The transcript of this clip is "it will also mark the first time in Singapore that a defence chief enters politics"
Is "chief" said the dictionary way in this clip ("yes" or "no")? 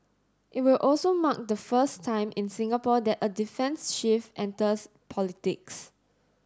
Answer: no